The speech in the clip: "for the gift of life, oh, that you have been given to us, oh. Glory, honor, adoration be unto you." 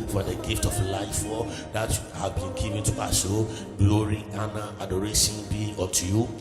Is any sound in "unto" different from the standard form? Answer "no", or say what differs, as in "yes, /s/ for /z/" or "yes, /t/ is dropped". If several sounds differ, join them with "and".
yes, /n/ is dropped